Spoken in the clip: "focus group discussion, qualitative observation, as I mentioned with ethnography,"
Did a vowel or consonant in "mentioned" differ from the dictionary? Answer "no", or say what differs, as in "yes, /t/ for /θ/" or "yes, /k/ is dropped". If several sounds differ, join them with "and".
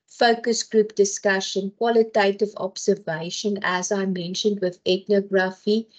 no